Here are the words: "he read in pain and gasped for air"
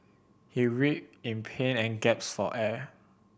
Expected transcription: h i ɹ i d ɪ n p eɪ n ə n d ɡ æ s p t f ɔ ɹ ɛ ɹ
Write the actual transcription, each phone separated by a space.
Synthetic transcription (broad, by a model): h i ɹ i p ɪ n p eɪ n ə n ɡ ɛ p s f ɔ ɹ ɛ